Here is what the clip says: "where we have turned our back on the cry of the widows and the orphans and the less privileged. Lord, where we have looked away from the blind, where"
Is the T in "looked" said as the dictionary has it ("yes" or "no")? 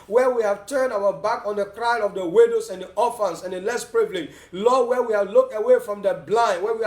yes